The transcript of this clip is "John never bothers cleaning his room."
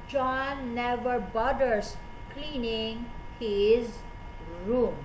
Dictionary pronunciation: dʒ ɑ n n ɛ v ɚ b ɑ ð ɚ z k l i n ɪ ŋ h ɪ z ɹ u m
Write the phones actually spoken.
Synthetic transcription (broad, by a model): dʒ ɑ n n ɛ v ɚ b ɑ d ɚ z k l i n ɪ ŋ h ɪ z ɹ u m